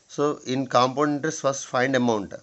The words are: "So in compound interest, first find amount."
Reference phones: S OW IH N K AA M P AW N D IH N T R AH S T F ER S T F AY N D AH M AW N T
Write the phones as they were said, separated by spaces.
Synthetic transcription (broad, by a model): S OW IH N K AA M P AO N IH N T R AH S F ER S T F AY N D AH M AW N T